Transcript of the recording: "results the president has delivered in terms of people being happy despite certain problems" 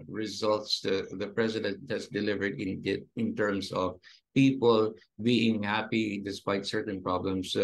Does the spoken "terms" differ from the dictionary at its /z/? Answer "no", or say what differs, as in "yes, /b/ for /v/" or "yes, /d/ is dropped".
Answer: yes, /s/ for /z/